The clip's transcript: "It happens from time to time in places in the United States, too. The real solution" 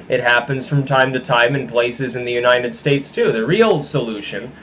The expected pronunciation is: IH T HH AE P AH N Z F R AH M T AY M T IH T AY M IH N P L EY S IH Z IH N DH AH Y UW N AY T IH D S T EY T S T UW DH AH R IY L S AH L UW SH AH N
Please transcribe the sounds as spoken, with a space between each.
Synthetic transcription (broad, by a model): IH T HH AE P AH N Z F R AH M T AY M T IH T AY M IH N P L EY S IH Z IH N DH AH Y UW N AY T IH D S T EY T S T UW DH AH R IY L S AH L UW SH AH N